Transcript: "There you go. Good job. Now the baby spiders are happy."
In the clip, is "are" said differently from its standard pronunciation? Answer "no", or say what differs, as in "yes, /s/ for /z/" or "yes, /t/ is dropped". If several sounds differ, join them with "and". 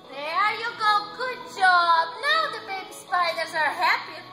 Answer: no